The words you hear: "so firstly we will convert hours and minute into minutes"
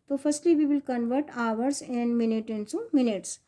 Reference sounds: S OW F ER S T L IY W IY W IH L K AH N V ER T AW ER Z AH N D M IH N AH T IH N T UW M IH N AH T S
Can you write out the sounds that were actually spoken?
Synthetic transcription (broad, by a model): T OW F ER S T L IY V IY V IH L K AH N V ER T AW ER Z AH N D M IH N AH T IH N S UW M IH N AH T S